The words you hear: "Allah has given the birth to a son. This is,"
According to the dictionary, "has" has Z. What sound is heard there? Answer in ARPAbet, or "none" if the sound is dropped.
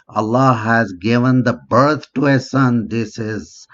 Z